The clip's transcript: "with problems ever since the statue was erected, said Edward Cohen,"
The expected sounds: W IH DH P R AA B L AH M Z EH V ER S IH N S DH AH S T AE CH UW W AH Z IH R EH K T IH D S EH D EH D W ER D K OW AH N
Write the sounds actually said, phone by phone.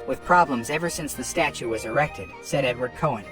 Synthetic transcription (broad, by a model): W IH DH P R AA B L AH M Z EH V ER S IH N S DH AH S T AE CH UW W AH Z IH R EH K T IH D S EH D EH D W ER D K OW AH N